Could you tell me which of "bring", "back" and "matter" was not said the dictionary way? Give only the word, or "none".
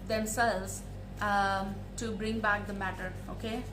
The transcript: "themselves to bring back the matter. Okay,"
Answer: none